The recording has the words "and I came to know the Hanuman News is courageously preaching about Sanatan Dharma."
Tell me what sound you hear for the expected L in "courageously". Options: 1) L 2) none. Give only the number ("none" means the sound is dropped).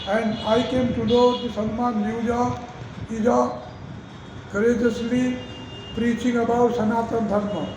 1